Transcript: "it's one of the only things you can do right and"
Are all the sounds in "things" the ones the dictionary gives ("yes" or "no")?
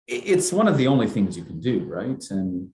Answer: yes